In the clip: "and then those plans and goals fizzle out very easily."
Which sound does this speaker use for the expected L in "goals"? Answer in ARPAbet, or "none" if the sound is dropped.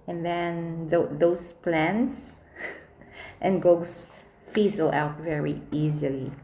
none